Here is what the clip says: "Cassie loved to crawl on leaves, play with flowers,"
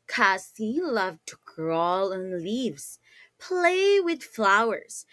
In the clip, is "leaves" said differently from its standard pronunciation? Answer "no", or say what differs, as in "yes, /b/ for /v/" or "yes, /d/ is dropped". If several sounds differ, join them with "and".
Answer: no